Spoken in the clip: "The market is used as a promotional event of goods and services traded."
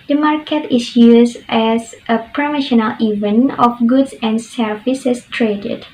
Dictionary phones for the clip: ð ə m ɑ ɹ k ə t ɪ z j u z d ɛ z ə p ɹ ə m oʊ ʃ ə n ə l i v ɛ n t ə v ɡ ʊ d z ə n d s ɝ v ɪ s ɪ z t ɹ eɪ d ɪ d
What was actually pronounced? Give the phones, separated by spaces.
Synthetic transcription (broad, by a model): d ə m ɑ ɹ k ə t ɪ s j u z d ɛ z ə p ɹ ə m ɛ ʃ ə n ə l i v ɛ n ə f ɡ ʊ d s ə n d s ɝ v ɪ s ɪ s t ɹ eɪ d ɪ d